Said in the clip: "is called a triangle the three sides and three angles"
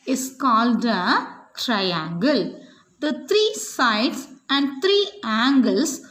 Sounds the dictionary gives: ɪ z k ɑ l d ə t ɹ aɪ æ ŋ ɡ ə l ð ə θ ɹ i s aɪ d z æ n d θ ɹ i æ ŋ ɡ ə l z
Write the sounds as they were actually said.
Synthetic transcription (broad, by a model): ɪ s k ɑ l d ə t ɹ aɪ æ ŋ ɡ ə l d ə t ɹ i s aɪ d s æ n d t ɹ i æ ŋ ɡ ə l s